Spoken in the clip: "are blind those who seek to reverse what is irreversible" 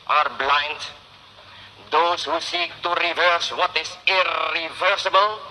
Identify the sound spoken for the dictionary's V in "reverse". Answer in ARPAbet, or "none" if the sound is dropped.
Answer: V